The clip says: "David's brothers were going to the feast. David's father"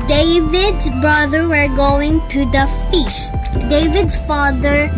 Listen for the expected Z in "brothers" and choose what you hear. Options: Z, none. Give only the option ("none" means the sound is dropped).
none